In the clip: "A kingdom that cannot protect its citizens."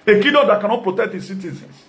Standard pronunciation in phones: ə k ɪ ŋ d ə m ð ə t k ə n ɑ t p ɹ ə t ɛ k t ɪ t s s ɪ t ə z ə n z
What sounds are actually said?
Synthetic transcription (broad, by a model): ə k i d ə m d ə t k ə n ɑ t p ɹ ə t ɛ k t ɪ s s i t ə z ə n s